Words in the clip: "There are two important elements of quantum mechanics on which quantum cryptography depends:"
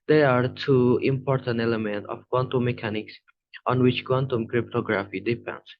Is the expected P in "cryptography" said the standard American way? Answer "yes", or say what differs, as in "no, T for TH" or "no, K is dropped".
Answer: yes